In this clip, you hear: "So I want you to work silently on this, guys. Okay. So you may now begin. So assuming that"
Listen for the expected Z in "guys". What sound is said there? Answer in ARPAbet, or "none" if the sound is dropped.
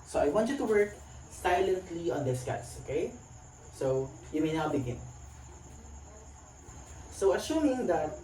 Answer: S